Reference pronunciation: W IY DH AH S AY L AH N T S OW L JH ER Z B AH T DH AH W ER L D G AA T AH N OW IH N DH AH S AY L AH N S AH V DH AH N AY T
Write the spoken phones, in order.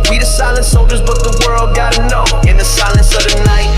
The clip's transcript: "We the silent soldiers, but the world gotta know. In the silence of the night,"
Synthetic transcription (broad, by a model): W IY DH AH S AY L AH N T S OW L JH ER Z B AH T DH AH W ER L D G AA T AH N OW IH N DH AH S AY L AH N S AH V DH AH N AY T